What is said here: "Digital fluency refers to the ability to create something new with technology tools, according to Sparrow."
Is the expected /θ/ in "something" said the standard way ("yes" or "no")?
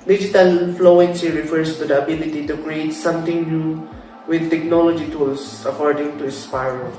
no